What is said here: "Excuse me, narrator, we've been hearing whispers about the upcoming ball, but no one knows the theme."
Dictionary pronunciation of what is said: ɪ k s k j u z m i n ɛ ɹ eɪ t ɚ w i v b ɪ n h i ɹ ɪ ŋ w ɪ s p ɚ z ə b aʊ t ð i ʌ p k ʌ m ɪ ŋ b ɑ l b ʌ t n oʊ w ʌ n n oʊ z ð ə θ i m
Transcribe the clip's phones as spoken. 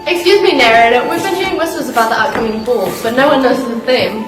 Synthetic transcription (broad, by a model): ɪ k s k j u z m i n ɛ ɹ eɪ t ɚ w i v b ɪ n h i ɹ ɪ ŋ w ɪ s ɚ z ə b aʊ t ð i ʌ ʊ k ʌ m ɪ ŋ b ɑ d b ʌ t n oʊ w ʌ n n oʊ z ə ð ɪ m